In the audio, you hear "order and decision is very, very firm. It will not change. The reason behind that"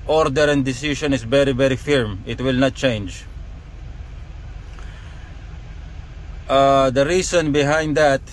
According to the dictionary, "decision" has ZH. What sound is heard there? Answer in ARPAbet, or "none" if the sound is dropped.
SH